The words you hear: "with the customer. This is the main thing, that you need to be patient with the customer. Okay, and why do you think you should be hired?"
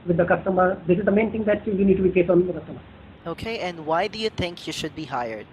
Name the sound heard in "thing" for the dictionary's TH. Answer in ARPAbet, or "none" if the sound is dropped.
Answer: T